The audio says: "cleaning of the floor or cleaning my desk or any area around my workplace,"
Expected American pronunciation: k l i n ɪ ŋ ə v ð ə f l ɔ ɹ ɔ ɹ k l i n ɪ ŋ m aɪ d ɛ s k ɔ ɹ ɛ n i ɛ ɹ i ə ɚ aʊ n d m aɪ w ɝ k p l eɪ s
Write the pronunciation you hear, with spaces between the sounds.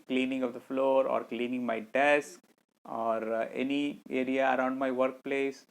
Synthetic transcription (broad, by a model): k l i n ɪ ŋ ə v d ə f l ɔ ɹ ɔ ɹ k l i n ɪ ŋ m aɪ d ɛ s k ɔ ɹ ɛ n i ɛ ɹ i ə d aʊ n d m aɪ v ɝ k p l eɪ s